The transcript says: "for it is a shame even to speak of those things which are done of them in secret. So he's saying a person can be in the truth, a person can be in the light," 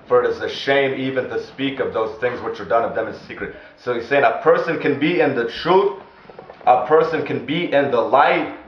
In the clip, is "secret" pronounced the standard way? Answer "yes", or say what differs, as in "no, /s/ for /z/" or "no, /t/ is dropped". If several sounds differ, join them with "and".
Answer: yes